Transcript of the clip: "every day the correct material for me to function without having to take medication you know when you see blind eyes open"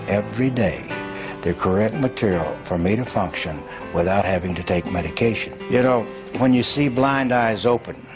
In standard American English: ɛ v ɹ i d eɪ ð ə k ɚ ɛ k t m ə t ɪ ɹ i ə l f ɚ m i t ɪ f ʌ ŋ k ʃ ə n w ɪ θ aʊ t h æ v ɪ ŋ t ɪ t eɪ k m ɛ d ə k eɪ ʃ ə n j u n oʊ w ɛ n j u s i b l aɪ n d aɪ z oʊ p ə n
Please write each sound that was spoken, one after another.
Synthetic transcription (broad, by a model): ɛ v ɹ i d eɪ ð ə k ɚ ɛ k t m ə t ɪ ɹ i l f ɚ m i t ɪ f ʌ ŋ k ʃ ə n w ɪ θ aʊ t h æ v ɪ ŋ t ɪ t eɪ k m ɛ d ə k eɪ ʃ ə n j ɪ n oʊ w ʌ n j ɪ s i b l aɪ n d aɪ z oʊ p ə n